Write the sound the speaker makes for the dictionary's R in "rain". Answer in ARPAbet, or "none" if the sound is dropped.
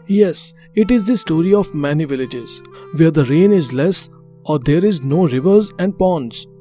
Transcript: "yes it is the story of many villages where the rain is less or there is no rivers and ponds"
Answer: R